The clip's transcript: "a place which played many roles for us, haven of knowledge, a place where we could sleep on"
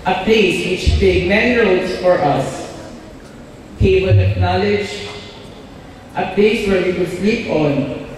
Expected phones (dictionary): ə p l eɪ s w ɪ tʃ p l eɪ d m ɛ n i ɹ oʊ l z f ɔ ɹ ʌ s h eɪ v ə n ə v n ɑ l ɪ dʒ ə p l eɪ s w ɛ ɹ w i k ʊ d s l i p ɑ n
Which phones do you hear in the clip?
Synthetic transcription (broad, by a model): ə p l eɪ s w ɪ tʃ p eɪ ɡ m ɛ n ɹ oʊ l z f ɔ ɹ ʌ s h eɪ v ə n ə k n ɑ l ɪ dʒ ə p l eɪ s w ɛ ɹ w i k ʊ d s l i p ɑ n